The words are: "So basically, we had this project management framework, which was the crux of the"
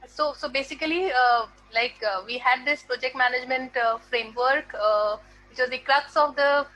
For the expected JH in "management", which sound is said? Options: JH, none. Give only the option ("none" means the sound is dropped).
JH